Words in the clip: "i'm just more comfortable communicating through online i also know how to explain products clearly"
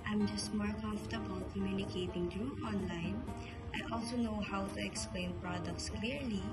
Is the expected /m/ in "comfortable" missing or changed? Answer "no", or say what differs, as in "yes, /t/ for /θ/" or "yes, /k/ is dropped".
yes, /m/ is dropped